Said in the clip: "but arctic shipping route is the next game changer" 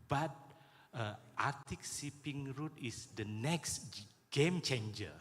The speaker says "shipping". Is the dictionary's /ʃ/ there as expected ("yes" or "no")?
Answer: no